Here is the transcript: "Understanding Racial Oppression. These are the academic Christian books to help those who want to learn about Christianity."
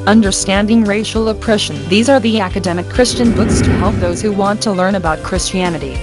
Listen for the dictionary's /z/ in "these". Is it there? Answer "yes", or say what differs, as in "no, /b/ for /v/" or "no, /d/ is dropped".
yes